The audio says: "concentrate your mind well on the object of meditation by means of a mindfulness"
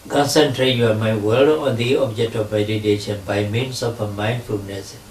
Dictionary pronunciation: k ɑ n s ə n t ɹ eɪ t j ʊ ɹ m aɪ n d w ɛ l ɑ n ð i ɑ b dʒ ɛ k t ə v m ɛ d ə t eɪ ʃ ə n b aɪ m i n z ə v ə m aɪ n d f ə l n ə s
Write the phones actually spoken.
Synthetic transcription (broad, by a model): k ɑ n s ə n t ɹ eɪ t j m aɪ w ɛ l ɑ n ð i ɑ b dʒ ɛ k t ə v m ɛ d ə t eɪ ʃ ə n b aɪ m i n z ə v ə m aɪ n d f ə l n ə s